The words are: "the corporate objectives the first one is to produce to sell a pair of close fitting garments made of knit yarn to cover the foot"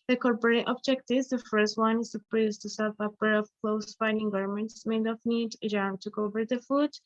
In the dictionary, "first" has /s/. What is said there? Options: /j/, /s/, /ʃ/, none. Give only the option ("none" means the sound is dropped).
/s/